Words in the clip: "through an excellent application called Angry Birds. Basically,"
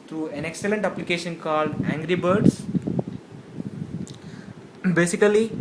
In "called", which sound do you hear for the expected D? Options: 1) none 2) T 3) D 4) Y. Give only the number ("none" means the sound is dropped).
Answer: 3